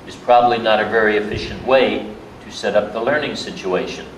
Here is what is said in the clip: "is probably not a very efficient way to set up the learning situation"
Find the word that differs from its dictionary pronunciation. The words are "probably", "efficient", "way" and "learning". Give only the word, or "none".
none